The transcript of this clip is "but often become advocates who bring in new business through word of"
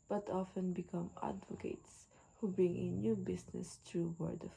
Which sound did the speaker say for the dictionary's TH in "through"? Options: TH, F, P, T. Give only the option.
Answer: T